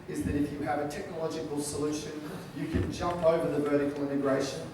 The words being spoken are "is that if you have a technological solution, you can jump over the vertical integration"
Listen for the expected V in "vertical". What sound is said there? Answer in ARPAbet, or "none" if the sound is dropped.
V